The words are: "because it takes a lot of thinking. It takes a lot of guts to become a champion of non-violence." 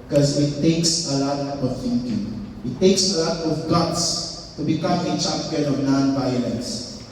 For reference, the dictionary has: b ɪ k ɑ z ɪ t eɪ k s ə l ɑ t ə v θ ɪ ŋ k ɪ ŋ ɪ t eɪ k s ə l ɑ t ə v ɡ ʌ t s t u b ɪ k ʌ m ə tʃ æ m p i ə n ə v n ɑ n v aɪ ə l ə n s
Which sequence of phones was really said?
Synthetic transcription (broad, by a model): k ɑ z ɪ t eɪ k s ə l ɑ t ə v θ ɪ ŋ k ɪ ŋ ɪ t eɪ k s ə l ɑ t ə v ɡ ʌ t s t u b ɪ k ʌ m ə tʃ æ p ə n ə v n ɑ n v aɪ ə l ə n s